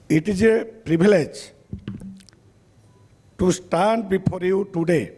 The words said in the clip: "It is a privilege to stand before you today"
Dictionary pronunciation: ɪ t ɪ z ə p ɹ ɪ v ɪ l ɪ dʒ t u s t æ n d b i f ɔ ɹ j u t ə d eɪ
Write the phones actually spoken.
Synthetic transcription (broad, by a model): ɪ t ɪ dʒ ə p ɹ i b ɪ l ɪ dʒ t u s t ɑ n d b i p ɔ ɹ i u t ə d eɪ